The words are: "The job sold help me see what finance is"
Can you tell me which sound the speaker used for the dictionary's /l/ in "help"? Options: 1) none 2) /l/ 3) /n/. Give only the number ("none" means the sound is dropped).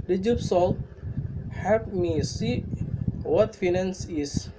1